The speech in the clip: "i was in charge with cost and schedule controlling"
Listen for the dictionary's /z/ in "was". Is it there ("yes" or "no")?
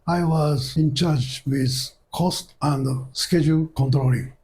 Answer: yes